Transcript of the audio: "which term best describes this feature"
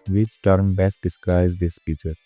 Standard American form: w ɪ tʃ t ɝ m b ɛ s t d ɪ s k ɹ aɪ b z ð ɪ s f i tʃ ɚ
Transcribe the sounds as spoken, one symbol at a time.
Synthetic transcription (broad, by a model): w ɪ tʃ t ɝ m b ɛ s t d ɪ s k ɹ aɪ z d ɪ s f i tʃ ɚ